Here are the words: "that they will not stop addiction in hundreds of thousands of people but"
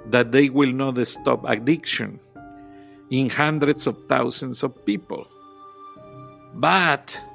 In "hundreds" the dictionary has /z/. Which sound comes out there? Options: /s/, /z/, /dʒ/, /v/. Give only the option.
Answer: /s/